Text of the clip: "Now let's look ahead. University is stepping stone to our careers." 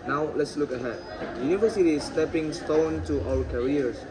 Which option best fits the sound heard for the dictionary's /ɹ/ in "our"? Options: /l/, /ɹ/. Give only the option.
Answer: /l/